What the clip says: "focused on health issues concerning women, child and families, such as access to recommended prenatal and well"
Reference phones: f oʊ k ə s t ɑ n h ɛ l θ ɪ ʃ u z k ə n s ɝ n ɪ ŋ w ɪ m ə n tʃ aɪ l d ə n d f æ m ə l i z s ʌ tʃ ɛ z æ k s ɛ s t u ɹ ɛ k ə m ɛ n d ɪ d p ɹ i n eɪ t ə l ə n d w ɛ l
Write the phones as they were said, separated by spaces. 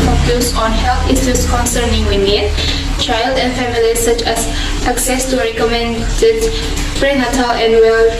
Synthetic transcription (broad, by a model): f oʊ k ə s ɑ n h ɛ l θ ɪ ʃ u s k ə n s ɝ n ɪ ŋ w ɪ m ə n tʃ aɪ l d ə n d f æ m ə l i s ʌ tʃ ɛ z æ k s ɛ s t u ɹ ɛ k ə m ɛ n d ɪ d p ɹ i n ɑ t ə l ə n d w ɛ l